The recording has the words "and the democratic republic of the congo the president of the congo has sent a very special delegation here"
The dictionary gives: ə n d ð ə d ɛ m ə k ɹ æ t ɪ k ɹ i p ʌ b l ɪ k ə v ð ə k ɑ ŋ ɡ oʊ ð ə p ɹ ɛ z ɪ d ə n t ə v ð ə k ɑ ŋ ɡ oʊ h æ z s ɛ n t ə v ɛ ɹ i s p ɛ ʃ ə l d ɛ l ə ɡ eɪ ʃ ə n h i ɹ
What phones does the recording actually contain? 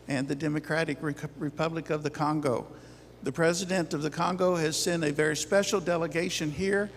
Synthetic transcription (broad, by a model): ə n ð ə d ɛ m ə k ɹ æ t ɪ k ɹ i p ʌ b l ɪ k ə v ð ə k ɑ ŋ ɡ oʊ ð ə p ɹ ɛ z ɪ d ə n t ə v ð ə k ɑ ŋ ɡ oʊ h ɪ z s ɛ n ə v ɛ ɹ i s p ɛ ʃ l d ɛ l ə ɡ eɪ ʃ ə n h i ɹ